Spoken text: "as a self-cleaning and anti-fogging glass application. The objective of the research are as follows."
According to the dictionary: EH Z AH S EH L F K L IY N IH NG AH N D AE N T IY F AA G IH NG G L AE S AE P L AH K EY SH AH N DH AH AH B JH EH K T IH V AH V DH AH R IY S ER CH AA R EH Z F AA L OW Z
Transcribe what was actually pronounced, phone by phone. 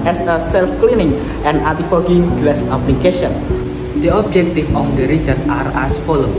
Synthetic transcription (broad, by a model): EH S AH S EH L F K L IY N IH NG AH N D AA T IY F AA G IH NG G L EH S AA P L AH K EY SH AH N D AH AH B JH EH K T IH F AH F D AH R IY S ER CH AA R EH S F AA L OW